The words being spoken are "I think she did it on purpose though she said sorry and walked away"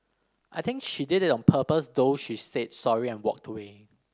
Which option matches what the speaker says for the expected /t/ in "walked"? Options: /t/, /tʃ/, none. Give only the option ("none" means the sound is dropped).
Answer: /t/